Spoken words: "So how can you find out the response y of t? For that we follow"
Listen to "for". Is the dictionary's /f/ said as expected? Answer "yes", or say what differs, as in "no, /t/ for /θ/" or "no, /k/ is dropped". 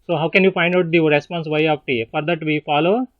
yes